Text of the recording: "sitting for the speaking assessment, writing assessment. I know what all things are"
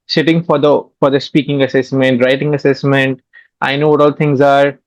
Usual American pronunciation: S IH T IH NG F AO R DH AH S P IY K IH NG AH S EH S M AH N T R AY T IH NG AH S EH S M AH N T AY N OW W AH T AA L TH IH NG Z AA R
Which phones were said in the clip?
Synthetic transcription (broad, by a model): S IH T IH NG F AO R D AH S P IY K IH NG AH S EH S M AH N T R AY T IH NG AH S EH S M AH N T AY N OW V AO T AA L T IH NG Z AA R